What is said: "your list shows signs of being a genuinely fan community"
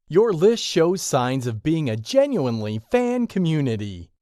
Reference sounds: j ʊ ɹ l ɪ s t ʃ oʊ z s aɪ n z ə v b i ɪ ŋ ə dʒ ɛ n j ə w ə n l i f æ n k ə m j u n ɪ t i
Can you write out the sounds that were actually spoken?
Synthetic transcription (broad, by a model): j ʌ ɹ l ɪ s t ʃ oʊ z s aɪ n z ə v b i ɪ ŋ ə dʒ ɛ n j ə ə n l i f æ n k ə m j u n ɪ t i